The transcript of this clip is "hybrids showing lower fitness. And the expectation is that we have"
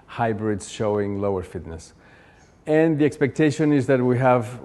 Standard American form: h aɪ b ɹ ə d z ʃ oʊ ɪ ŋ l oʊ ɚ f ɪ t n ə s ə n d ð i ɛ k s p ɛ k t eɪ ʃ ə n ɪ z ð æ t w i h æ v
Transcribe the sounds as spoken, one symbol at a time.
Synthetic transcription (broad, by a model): h aɪ b ɹ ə d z ʃ oʊ ɪ ŋ l oʊ ɚ f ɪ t n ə s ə n ð i ɛ k s p ɛ k t eɪ ʃ ə n ɪ z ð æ t w i h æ v